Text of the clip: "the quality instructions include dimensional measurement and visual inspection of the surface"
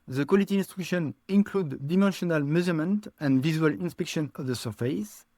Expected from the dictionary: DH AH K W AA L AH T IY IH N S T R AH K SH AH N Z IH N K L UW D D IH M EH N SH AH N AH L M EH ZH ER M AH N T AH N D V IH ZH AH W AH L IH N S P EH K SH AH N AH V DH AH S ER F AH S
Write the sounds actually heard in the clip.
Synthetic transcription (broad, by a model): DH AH K W AA L AH T IY N S T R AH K SH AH N IH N K L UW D D IH M EH N SH AH N AH L M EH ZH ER M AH N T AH N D V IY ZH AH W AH L IH N S P EH K SH AH N AH V DH AH S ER F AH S